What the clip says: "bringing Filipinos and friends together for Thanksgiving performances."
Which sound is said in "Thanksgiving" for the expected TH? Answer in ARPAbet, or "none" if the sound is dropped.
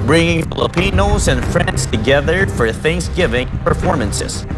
TH